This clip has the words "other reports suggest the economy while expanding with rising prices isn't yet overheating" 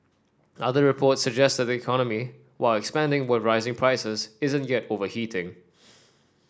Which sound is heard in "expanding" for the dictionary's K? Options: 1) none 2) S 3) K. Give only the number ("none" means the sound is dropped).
3